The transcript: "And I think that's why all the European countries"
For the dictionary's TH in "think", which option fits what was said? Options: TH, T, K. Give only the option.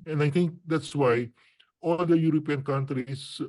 T